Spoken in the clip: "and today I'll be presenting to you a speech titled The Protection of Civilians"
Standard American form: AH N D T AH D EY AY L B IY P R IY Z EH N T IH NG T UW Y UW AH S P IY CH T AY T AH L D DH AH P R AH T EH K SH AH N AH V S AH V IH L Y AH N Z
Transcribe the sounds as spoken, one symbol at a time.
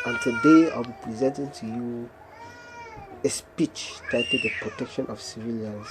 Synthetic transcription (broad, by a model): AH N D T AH D EY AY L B IY P R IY Z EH N T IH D T UW Y UW AH S P IY CH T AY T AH D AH P R AH T EH K SH AH N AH F S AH V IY L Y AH N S